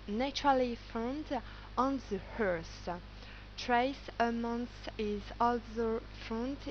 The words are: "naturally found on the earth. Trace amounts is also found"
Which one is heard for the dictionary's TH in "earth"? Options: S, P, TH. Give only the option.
S